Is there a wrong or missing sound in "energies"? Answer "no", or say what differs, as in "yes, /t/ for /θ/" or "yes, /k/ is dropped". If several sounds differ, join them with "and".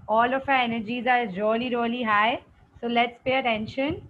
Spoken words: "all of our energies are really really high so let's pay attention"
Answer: no